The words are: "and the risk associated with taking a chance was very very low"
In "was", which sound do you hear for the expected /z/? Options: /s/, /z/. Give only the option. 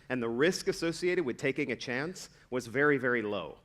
/z/